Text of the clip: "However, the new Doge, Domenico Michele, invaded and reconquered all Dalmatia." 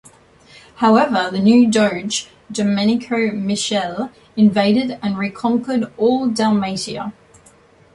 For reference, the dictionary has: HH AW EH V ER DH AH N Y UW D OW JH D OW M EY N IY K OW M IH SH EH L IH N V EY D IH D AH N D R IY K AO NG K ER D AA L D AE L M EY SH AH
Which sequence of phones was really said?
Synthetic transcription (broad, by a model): HH AW EH V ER DH AH N Y UW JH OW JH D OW M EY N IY K OW M IH SH EH L IH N V EY D IH D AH N R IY K AO NG K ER D AA L D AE L M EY S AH